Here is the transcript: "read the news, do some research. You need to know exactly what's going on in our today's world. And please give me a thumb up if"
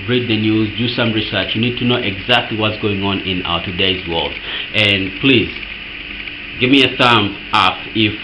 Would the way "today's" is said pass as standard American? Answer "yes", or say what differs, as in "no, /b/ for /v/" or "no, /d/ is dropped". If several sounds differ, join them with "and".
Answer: yes